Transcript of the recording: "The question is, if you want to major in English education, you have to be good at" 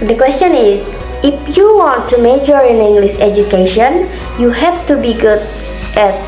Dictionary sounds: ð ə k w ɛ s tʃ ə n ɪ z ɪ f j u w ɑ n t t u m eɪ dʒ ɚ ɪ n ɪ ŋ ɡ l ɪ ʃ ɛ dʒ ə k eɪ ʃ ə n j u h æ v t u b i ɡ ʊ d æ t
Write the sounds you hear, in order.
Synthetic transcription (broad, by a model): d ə k w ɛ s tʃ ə n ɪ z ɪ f j u w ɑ n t t u m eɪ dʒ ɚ ɪ n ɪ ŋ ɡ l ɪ s ɛ dʒ ə k eɪ ʃ ə n j u h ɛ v t u b i ɡ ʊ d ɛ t